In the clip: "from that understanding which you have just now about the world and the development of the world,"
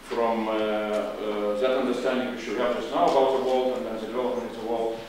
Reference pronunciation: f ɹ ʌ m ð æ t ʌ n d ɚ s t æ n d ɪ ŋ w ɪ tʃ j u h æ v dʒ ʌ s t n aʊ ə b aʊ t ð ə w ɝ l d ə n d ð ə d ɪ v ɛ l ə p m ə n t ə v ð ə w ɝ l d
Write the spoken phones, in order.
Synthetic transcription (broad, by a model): f ɹ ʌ m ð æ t ʌ n d ɚ s t æ n d ɪ ŋ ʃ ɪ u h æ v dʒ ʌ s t n aʊ ə b aʊ t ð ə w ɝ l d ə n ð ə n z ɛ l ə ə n ə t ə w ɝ l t